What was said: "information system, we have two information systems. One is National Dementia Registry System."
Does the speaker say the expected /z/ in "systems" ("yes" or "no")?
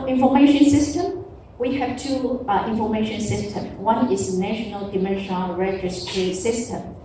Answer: no